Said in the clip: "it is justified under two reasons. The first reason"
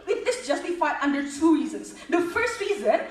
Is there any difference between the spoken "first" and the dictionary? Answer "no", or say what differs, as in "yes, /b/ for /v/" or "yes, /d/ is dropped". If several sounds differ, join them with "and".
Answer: no